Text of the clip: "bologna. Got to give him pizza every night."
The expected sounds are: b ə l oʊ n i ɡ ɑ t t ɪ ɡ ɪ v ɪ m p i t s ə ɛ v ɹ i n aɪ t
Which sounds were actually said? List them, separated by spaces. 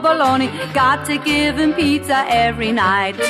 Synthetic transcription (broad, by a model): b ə l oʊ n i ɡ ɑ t t ɪ ɡ ɪ v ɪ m p i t ə ɛ v ɹ i n aɪ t